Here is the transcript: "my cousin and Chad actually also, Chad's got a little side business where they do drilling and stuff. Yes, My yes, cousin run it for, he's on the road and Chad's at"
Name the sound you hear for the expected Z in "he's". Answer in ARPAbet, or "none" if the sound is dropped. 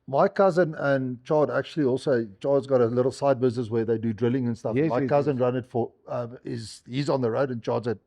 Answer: Z